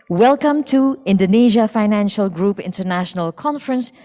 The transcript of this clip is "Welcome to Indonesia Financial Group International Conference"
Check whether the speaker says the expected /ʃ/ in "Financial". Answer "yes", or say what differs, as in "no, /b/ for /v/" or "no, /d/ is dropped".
yes